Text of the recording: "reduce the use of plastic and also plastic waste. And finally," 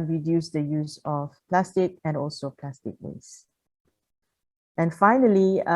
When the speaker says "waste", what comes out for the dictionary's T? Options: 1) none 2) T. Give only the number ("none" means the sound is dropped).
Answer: 1